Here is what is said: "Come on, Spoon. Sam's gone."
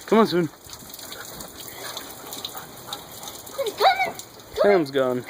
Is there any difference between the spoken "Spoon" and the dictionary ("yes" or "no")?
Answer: yes